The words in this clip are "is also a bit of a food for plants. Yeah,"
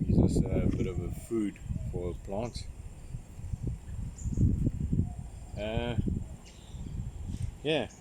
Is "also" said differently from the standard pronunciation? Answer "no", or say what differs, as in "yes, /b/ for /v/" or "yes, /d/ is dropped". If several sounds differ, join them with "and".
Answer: yes, /l/ is dropped